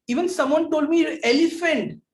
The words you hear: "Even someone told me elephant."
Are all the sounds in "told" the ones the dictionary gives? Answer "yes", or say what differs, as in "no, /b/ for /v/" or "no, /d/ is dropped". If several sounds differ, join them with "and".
yes